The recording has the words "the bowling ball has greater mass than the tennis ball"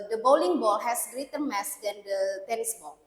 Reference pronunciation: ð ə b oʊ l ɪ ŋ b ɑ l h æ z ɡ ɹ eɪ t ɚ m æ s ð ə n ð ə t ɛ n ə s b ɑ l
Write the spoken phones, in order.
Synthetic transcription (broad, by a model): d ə b oʊ l ɪ ŋ b ɑ l h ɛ s ɡ ɹ eɪ t ɚ m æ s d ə n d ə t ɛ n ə s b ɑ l